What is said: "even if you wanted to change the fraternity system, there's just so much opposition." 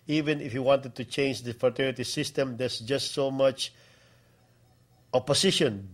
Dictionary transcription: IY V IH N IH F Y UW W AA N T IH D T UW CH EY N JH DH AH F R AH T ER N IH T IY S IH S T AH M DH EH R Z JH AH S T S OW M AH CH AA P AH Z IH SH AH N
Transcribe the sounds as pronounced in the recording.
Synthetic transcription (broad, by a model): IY V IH N IH F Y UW W AA N T IH D T UW CH EY N JH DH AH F AH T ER IH T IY S IH S T AH M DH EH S JH AH S T S OW M AH CH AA P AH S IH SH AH N